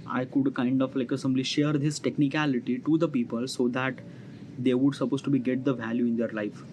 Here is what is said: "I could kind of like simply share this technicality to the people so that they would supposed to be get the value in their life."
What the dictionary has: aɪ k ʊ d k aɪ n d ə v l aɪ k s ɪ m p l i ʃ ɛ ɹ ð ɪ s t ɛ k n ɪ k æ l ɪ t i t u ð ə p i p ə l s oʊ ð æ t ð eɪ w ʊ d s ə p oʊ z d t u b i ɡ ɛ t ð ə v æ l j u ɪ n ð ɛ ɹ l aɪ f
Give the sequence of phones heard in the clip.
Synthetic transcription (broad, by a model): aɪ k ʊ d k aɪ n d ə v l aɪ k s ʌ m b l i ʃ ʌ ɹ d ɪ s t ɛ k n ɪ k æ l ɪ t i t u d ə p i p ə l s oʊ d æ t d eɪ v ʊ d s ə p oʊ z t u b i ɡ ɛ t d ə v æ l j u ɪ n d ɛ ɹ l aɪ f